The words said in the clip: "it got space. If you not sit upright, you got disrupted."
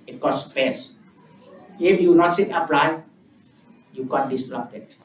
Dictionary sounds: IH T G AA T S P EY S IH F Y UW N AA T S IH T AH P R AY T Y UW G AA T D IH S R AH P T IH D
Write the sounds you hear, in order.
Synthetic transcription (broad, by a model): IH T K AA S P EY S IH F Y UW N AA T S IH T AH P L AY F Y UW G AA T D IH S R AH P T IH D